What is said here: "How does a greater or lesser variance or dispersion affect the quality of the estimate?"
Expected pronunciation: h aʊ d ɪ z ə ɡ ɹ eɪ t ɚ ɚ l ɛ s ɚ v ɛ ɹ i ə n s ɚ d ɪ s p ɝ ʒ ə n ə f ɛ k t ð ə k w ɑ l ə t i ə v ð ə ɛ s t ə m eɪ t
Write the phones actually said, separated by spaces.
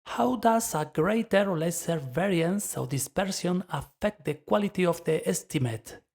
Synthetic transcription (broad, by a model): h aʊ d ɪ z ə ɡ ɹ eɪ t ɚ ɚ l ɛ s ɚ v ɛ ɹ i ə n s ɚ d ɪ s p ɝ s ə n ə f ɛ k t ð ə k w ɑ l ə t i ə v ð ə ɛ s t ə m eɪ t